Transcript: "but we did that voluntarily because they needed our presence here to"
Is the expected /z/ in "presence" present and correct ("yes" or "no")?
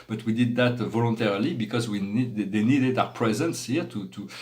yes